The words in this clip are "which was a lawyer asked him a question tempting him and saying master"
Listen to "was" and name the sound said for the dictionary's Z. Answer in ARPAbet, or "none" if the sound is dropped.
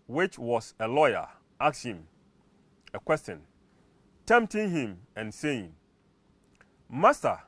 S